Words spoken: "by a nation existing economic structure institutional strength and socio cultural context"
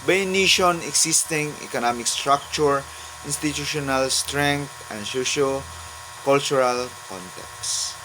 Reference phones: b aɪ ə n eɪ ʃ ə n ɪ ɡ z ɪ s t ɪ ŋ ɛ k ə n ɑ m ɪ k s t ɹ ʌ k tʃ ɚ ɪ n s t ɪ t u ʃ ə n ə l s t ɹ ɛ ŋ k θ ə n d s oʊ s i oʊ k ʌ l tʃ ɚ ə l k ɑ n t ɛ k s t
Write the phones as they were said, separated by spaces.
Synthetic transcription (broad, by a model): b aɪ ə n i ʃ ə n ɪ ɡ s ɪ s t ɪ ŋ ɛ k ə n ɑ m ɪ k s t ɹ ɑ k tʃ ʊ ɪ n s t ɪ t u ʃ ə n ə l s t ɹ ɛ ŋ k t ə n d s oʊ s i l k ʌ l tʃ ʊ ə l k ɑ n t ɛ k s